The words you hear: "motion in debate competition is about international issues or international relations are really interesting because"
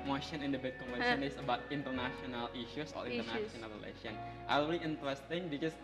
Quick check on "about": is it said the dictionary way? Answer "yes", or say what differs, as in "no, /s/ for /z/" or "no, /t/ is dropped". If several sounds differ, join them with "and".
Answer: yes